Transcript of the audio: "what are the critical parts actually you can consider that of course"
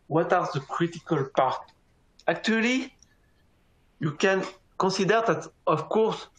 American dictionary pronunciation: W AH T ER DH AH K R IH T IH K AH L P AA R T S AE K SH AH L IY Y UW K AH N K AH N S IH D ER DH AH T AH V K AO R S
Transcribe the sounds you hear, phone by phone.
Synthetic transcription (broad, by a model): W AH T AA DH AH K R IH T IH K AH L P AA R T AE K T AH L IY Y UW K AH N K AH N S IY D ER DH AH T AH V K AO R S